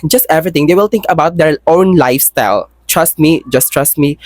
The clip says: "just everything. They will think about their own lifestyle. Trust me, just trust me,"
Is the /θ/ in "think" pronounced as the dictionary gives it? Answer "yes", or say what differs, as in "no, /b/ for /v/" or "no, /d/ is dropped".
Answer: no, /t/ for /θ/